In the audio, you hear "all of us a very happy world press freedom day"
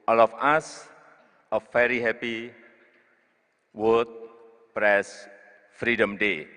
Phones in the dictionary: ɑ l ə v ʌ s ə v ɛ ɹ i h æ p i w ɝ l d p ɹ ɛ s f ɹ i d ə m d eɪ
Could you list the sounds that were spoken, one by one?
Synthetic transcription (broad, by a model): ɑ l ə f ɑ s ə f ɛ ɹ i h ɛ p i w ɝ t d p ɹ ɛ s f ɹ i d ə m d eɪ